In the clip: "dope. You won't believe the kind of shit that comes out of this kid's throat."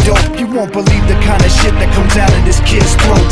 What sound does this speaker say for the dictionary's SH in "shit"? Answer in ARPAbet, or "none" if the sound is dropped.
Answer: SH